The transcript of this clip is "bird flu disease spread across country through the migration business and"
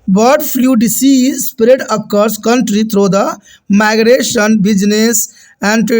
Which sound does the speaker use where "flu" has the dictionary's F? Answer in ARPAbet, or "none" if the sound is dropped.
P